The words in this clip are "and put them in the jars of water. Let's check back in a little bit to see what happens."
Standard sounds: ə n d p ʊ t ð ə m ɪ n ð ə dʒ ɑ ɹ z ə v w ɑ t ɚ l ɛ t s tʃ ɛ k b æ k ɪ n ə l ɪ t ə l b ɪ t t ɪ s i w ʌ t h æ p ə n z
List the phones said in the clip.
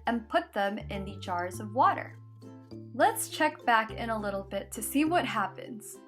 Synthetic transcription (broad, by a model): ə n p ʊ t ð ə m ɪ n ð ə dʒ ɑ ɹ z ə v w ɑ t ɚ l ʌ t s tʃ ɛ k b æ k ɪ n ə l ɪ t l b ɪ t t ɪ s i w ʌ t h æ p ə n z